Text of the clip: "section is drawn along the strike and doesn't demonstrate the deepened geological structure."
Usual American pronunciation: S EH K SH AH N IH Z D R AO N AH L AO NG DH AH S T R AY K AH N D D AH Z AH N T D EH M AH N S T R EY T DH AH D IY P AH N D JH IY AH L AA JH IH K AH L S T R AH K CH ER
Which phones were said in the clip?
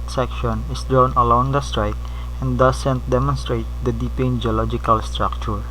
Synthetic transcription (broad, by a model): S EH K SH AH N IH S D R AO N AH L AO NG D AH S T R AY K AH N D D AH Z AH N T D EH M AH N S T R EY T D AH D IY P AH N JH IY AH L AA JH IH K AH L S T R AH K CH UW